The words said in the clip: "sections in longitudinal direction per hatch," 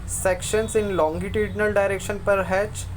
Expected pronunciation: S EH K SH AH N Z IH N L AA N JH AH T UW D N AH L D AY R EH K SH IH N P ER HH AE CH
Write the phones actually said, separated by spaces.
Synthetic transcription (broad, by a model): S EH K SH AH N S IH N L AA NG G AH T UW D N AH L D AY R EH K SH IH N P ER HH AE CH